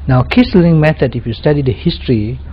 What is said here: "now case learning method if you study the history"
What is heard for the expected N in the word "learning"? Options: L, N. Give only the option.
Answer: L